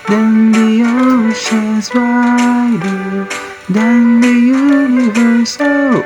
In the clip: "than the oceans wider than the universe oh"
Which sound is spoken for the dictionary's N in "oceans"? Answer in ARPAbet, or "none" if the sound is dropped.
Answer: none